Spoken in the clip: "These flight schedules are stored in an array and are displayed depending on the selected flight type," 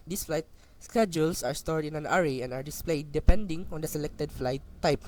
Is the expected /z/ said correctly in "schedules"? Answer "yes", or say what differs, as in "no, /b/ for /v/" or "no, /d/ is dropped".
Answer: no, /s/ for /z/